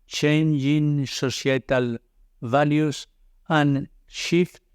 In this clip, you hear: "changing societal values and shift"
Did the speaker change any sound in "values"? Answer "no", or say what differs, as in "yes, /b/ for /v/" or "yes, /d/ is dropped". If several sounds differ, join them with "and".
yes, /s/ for /z/